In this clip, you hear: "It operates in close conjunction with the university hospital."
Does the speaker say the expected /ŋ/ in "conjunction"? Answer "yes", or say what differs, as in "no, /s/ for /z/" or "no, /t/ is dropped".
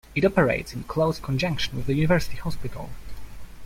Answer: yes